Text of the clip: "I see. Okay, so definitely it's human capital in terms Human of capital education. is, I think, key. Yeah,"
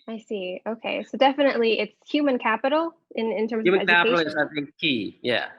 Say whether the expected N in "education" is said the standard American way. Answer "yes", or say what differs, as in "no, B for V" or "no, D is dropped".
no, N is dropped